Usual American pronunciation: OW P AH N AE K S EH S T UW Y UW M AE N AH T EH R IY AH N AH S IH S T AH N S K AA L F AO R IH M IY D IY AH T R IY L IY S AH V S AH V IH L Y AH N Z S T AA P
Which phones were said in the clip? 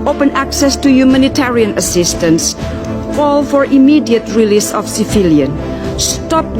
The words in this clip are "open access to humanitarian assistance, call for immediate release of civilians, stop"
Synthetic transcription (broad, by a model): OW P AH N AE K S EH S T UW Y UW M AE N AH T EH R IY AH N AH S IH S T AH N S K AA L F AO R IH M IY D IY AH T R IY L IY S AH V S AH F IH L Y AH N S T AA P